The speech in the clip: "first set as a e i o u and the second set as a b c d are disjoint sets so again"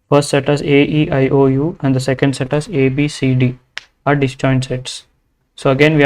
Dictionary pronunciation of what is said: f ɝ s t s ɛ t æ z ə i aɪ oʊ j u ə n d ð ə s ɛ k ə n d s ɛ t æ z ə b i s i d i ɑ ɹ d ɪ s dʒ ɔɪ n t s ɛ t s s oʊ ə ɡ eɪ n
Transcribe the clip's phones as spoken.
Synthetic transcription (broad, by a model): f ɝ s t s ɛ t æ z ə i aɪ oʊ j u ə n d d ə s ɛ k ə n d s ɛ t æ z ə b i s i d i ɑ ɹ d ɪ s tʃ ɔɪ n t s ɛ t s s oʊ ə ɡ eɪ n